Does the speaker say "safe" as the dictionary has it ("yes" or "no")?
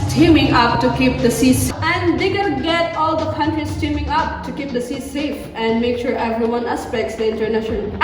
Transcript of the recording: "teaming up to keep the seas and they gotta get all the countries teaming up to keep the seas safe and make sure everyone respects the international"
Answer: yes